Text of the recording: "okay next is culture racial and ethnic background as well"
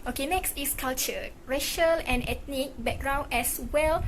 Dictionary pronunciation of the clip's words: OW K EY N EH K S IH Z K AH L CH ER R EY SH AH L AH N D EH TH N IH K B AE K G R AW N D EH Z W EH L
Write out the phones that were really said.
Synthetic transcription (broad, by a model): OW K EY N EH K S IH S K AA L CH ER R EY SH AH L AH N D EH T N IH K B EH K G R AW N EH S W EH L